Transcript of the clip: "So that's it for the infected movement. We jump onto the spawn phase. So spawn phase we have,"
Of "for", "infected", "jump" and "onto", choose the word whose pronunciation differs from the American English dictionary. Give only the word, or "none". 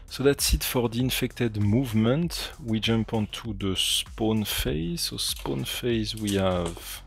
none